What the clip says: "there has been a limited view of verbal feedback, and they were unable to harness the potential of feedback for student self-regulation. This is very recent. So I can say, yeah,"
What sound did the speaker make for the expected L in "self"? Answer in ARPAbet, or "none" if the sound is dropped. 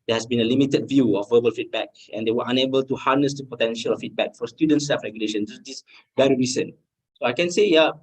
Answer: none